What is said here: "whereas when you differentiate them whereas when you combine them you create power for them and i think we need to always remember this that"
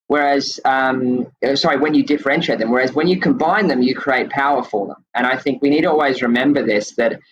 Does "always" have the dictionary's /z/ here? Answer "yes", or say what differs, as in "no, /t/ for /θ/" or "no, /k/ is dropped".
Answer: yes